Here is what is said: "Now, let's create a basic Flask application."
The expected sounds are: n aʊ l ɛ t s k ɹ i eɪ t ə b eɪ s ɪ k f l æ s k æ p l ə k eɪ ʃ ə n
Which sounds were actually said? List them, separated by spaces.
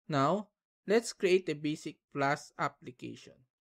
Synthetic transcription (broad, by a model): n aʊ l ɛ t s k ɹ i eɪ t ə b eɪ s ɪ k p l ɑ s ɑ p l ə k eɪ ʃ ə n